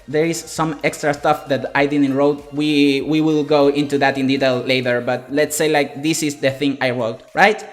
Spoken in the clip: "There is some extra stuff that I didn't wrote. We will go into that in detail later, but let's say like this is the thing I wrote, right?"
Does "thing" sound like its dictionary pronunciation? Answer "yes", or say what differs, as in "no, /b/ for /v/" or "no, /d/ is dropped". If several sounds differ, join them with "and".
yes